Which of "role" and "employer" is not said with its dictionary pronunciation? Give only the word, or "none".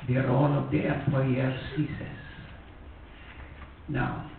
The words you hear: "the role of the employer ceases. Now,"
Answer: employer